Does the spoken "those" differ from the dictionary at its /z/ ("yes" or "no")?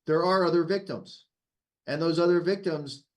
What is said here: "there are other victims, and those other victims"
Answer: no